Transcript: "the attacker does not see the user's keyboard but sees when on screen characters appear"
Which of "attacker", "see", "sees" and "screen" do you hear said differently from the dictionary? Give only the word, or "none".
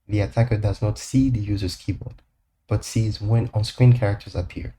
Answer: none